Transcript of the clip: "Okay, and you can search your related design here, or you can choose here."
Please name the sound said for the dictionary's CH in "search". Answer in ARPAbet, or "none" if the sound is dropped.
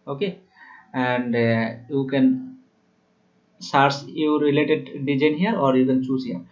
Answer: S